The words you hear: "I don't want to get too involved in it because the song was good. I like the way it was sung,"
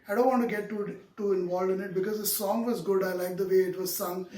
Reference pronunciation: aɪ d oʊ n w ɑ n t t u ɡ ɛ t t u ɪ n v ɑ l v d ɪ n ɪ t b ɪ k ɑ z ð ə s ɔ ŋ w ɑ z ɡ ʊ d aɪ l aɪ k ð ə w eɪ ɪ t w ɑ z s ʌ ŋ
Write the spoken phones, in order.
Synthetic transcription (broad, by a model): aɪ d oʊ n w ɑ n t t u ɡ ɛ t t u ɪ n v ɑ l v ɪ n ɪ t b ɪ k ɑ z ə s ɔ ŋ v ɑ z ɡ ʊ d aɪ l aɪ k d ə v eɪ ɪ t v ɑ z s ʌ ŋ